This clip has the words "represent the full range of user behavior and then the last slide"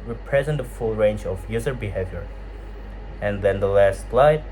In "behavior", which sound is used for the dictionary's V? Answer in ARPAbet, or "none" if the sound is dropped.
V